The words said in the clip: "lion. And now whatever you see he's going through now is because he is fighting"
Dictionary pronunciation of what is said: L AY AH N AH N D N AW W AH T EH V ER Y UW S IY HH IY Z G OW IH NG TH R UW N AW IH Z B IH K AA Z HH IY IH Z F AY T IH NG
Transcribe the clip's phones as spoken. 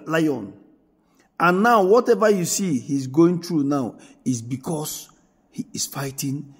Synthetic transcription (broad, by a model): L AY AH N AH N N AW W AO T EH V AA Y UW S IY HH IY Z G OW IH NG T R UW N AW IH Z B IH K AA S HH IY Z F AY T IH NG